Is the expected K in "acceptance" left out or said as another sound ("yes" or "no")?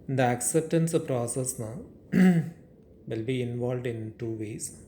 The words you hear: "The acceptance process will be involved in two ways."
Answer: no